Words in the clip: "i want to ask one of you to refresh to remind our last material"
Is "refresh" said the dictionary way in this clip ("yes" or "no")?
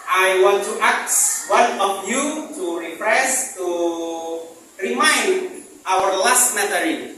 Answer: no